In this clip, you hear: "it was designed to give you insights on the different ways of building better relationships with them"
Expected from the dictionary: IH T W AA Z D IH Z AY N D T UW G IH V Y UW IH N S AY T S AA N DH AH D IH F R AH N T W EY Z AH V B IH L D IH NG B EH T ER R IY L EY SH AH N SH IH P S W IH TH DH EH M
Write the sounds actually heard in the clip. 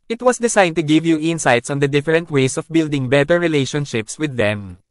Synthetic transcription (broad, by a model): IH T W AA S D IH S AY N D T UW G IH V Y UW IH N S AY T S AA N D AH D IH F R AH N T W EY S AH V B IH L D IH NG B EH T ER R IY L EY SH AH N SH IH P S W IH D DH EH M